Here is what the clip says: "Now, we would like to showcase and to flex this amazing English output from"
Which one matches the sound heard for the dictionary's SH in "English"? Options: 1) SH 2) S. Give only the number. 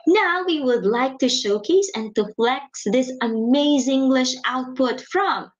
1